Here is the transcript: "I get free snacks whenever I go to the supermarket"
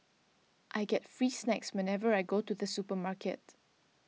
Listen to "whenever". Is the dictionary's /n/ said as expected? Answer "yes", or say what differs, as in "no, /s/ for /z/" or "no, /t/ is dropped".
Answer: yes